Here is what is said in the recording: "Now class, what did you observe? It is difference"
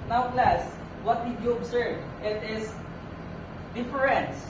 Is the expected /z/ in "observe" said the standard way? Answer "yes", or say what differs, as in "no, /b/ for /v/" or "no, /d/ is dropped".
no, /s/ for /z/